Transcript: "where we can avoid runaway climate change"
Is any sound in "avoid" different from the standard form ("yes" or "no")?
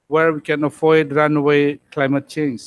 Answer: yes